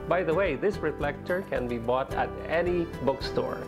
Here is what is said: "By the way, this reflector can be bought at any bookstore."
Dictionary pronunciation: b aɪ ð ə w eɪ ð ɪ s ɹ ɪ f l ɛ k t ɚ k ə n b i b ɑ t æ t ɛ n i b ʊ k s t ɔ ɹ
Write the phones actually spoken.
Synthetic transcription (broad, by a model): b aɪ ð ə w eɪ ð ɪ s ɹ ɪ f l ɛ k t ɚ k ə n b i b ɑ t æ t ɛ n i b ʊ k s t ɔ ɹ